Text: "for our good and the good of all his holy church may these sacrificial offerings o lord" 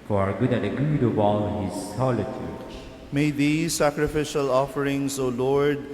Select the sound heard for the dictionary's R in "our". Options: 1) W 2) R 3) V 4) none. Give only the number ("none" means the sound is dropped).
2